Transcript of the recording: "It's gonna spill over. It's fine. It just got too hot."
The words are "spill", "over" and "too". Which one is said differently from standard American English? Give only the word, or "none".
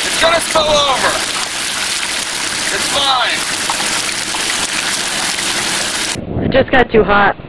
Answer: spill